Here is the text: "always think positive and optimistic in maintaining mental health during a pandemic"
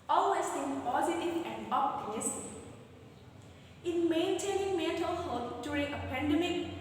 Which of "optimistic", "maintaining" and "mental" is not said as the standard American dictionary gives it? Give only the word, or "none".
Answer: optimistic